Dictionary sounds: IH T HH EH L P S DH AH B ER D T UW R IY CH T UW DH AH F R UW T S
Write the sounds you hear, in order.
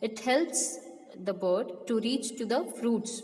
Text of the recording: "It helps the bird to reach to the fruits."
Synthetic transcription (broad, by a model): IH T HH EH L P S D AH B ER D T UW R IY CH T UW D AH F R UW T S